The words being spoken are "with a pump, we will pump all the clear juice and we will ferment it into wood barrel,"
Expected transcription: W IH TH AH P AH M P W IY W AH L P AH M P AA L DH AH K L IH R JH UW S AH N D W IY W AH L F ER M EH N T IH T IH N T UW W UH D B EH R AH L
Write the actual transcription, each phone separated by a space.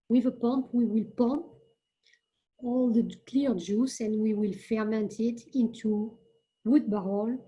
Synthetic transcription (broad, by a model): W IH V AH P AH M P W IY W AH L P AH M P AA L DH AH K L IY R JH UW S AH N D W IY W AH L F ER M EH N T IH T IH N T UW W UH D B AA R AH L